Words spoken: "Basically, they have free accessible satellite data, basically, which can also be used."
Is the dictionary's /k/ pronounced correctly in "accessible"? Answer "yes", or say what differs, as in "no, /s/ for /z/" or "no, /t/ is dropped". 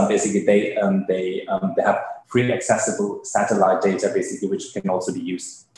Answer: yes